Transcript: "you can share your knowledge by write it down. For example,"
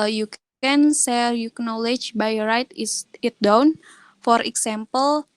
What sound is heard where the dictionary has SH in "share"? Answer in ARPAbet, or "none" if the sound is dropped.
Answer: S